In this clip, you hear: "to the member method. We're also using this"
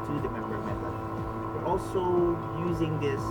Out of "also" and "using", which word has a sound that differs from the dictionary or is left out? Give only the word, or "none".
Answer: none